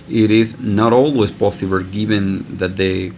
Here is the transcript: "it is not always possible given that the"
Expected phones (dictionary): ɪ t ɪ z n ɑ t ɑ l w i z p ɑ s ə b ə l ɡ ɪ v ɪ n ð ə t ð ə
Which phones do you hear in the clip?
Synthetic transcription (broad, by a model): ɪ t ɪ z n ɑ t ɑ l w i z b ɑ θ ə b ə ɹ ɡ ɪ v ɪ n ð ə t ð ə